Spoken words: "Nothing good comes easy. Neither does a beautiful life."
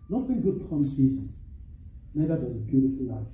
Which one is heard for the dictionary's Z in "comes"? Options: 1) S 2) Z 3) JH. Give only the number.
1